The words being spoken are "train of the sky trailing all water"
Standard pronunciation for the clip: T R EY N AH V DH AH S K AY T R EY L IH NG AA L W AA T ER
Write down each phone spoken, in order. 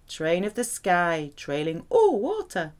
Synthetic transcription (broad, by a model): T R EY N AH V DH AH S K AY T R EY L IH NG AA L W AA T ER